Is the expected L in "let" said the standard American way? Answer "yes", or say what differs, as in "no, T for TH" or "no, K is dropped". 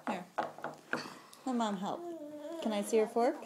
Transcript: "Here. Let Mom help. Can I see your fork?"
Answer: no, N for L